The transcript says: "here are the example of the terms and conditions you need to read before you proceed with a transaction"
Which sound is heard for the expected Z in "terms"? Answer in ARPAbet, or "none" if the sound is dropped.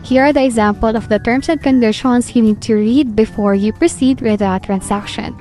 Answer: S